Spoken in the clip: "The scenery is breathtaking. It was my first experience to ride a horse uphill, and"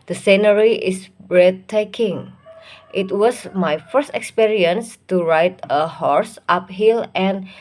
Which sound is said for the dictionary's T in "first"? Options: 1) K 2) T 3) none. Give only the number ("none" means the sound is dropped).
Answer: 2